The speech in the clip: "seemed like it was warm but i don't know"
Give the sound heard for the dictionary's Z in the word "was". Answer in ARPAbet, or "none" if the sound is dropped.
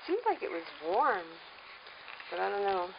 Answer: Z